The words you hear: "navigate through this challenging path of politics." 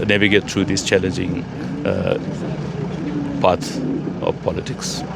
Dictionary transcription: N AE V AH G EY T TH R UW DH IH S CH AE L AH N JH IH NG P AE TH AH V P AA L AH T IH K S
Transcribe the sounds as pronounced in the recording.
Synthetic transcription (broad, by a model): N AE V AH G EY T T R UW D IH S CH AE L AH N JH IH NG P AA T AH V P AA L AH T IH K S